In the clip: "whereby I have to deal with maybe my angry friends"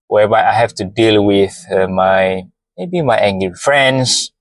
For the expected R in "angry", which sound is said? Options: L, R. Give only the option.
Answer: L